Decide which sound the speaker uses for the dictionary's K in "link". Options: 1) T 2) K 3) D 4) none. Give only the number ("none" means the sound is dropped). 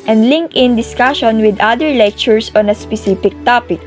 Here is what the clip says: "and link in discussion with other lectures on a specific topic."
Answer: 2